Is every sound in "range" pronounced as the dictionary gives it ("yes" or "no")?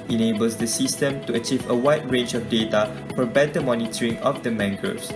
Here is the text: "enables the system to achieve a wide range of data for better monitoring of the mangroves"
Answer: yes